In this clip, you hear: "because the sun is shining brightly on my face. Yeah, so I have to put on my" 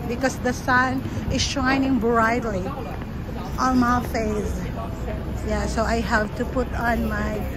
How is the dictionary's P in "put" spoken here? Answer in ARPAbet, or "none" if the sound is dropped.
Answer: P